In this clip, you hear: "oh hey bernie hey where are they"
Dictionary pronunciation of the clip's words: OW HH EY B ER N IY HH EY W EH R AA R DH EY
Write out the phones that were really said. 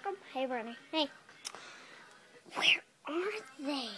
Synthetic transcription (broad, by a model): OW HH EY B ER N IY HH EY W EH R AA R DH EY